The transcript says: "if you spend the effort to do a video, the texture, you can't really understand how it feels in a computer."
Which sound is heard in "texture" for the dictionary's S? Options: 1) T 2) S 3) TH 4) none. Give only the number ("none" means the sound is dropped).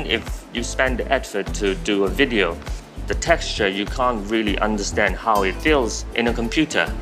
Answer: 2